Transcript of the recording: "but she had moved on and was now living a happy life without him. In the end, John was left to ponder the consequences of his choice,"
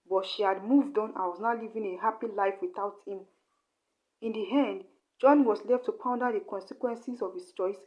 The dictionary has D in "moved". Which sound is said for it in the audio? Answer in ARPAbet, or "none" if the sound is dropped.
D